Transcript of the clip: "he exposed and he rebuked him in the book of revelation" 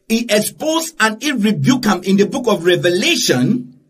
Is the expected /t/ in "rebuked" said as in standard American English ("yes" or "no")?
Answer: no